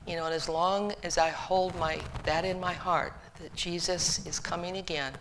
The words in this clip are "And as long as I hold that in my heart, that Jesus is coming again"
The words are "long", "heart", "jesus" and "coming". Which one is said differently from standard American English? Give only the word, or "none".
none